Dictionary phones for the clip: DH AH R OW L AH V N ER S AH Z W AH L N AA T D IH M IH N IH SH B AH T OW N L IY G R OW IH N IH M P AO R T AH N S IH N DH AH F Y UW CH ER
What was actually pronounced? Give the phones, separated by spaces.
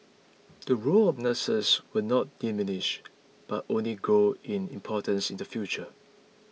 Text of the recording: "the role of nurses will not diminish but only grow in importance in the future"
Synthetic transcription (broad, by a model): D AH R OW L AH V N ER S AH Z W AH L N AA T D IH M IH N IH SH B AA T OW N L IY G OW IH N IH M P AO T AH N S IH N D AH F Y UW CH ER